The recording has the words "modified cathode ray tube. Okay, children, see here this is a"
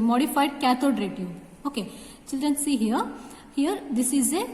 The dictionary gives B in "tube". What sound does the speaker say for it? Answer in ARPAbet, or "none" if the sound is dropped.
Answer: none